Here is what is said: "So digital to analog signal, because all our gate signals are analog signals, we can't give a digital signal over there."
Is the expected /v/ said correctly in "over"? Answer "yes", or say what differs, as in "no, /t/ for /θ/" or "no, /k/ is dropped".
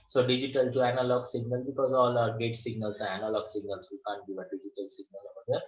no, /v/ is dropped